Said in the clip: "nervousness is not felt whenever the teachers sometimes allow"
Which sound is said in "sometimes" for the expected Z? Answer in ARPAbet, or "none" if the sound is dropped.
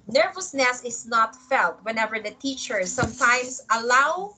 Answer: S